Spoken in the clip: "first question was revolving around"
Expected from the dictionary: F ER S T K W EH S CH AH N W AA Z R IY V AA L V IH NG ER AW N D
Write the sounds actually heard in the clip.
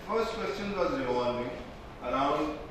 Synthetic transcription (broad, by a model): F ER S T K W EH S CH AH N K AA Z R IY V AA V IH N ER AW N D